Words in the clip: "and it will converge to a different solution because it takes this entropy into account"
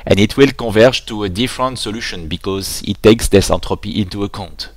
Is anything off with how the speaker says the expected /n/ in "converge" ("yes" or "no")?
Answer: yes